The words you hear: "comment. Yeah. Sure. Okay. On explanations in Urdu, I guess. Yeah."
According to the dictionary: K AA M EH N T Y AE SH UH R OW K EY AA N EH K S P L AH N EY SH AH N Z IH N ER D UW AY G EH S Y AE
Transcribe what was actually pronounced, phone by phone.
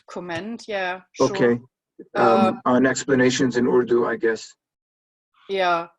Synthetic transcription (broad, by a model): K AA M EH N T Y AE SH OW K EY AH N EH K S P L AH N EY SH AH N Z IH N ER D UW AY G EH S Y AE